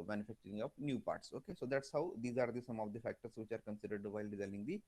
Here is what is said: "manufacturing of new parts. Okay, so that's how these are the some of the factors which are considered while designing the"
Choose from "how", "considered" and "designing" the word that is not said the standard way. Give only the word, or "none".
designing